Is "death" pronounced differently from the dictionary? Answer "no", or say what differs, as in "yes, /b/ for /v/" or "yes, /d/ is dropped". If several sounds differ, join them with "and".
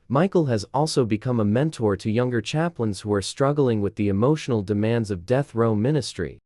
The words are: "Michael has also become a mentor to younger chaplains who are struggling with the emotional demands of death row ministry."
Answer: no